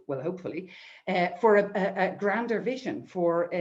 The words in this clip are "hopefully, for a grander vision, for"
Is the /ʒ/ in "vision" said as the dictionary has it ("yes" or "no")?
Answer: yes